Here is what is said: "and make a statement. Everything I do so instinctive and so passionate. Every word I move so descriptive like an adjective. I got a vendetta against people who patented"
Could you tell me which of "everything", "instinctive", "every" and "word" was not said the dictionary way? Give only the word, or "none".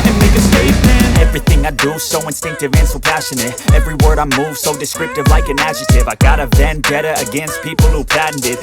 none